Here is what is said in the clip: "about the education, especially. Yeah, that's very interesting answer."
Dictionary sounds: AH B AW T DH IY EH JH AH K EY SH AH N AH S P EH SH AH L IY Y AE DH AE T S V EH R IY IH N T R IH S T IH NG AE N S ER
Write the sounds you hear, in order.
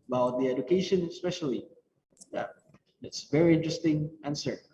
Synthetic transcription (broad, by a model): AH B AW T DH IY EH JH AH K EY SH AH N AH S P EH SH AH L IY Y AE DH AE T S V EH R IY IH N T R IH S T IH NG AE N S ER